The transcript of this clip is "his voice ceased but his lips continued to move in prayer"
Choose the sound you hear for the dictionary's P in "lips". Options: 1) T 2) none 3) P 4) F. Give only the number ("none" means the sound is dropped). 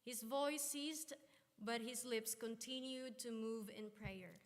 3